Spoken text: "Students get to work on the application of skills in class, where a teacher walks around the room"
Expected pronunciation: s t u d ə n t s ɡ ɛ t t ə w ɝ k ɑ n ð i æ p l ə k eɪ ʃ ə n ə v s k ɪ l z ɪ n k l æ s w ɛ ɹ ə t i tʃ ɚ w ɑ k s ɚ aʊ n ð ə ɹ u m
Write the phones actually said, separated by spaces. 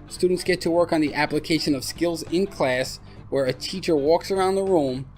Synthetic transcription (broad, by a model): s t u d n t s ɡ ɛ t t ə w ɝ k n ð i æ p l ə k eɪ ʃ ə n ə v s k ɪ l z ɪ n k l æ s w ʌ ɹ ə t i tʃ ɚ w ɑ k s ɚ aʊ n ð ə ɹ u m